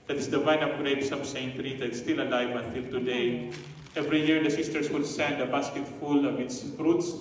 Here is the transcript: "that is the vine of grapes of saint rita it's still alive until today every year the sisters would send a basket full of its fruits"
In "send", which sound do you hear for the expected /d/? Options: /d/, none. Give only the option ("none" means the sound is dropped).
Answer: /d/